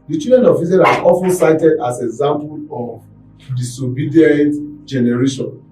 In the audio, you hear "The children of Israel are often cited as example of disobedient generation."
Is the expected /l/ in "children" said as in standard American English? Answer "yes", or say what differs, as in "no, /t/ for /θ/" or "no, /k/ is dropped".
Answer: no, /l/ is dropped